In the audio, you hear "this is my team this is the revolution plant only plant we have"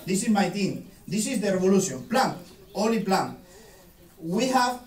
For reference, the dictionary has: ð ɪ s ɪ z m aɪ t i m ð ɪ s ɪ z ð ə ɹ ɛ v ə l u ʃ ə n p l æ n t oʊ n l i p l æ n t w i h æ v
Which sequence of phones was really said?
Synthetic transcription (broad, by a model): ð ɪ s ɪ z m aɪ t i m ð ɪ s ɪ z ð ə ɹ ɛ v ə l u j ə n p l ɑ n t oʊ l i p l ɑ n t w i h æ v